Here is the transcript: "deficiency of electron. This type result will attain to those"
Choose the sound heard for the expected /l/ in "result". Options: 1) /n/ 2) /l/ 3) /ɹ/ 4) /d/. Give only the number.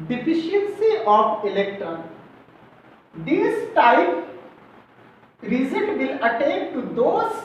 1